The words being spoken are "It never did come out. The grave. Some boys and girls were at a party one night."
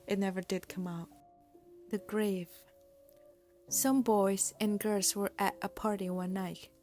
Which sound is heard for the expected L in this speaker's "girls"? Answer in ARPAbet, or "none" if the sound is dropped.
none